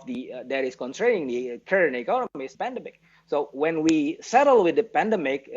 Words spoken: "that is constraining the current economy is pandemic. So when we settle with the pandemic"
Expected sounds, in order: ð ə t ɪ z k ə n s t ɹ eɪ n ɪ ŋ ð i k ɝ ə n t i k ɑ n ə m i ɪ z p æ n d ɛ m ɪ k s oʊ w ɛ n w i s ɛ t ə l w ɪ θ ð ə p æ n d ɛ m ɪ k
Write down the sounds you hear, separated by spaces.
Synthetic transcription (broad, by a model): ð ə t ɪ s k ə n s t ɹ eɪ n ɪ ŋ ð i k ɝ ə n i k ɑ n ə m i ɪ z p æ n d ɛ m ɪ k s oʊ w ɛ n w i s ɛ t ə l w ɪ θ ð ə p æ n d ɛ m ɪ k